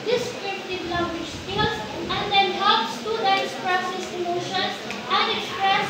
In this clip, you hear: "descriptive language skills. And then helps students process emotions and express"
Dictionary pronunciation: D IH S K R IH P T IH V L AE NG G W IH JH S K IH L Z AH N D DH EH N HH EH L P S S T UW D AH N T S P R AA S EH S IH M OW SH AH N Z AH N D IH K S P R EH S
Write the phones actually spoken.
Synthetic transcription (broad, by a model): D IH S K R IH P T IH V L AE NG G W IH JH S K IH L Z AH N D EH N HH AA P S S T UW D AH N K S P R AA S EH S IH M OW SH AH N S AH N D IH K S P R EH S